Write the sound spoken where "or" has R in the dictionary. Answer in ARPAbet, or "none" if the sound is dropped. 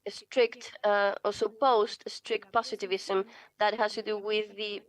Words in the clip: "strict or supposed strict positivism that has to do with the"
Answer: L